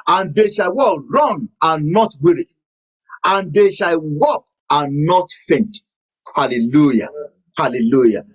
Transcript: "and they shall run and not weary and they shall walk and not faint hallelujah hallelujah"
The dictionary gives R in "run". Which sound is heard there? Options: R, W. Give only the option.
W